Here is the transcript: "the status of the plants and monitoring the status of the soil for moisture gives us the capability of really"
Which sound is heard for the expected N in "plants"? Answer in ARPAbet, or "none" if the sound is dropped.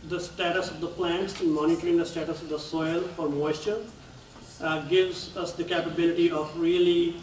N